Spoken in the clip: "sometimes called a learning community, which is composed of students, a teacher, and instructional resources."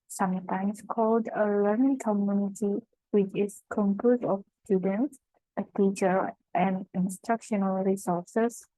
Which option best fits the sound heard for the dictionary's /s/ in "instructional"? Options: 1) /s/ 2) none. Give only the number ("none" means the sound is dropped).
1